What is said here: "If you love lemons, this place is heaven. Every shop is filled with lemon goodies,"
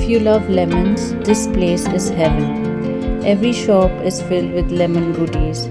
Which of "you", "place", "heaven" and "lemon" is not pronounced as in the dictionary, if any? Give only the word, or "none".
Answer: heaven